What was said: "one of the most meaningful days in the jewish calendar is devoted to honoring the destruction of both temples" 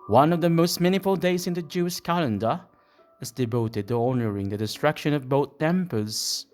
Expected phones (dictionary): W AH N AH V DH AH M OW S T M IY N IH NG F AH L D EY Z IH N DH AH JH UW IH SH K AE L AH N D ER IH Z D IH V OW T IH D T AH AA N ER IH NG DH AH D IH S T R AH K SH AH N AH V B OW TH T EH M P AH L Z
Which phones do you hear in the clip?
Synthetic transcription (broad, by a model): W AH N AH V DH AH M OW S T M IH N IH F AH L D EY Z IH N DH AH JH UW IH SH K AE L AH N D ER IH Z D IH V OW T IH D T AH AA N ER IH NG DH AH D IH S T R AH K SH AH N AH V B OW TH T EH M P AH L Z